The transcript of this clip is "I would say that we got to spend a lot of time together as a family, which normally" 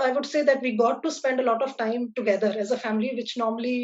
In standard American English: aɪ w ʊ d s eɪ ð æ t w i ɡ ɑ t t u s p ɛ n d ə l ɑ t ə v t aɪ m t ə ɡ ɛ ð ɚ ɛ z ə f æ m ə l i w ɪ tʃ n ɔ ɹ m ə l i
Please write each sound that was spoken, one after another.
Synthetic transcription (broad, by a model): aɪ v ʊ d s eɪ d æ t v i ɡ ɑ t t u s p ɛ n d ə l ɑ t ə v t aɪ m t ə ɡ ɛ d ɚ ɛ z ə f æ m ə l i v ɪ tʃ n ɔ ɹ m ə l i